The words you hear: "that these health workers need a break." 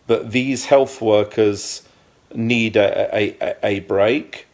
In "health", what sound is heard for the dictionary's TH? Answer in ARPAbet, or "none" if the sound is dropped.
TH